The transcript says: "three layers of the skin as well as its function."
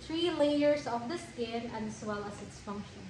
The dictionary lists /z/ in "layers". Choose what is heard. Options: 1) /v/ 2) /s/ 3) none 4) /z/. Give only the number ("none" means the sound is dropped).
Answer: 4